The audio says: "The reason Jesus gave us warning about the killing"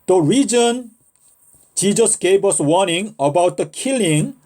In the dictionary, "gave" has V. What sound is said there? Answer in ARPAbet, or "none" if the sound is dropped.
P